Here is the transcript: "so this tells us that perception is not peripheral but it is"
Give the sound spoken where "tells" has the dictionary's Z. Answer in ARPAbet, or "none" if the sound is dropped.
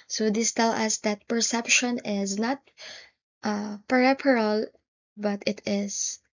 none